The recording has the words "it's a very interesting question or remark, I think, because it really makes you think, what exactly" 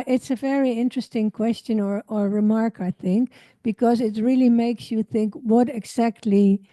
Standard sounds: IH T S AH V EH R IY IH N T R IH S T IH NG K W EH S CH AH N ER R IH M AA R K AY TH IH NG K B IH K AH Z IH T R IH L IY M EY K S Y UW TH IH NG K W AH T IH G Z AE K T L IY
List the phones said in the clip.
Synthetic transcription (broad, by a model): IH T S AH V EH R IY IH N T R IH S T IH NG K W EH S CH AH N ER R IH M AA R K AY TH IH NG K B IH K AH Z IH T R IH L IY M EY K S Y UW TH IH NG K W AH T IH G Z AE K T L IY